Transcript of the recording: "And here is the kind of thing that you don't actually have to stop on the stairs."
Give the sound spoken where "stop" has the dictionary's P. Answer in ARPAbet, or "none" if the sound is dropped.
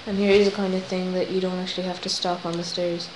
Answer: P